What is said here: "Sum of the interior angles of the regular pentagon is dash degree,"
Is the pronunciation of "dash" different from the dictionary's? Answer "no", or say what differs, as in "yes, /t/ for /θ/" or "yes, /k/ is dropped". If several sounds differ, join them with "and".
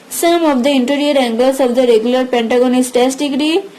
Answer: yes, /s/ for /ʃ/